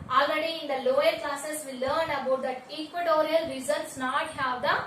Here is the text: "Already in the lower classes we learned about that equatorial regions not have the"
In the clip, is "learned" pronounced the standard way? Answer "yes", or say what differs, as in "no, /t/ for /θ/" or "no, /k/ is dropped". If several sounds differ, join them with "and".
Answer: no, /d/ is dropped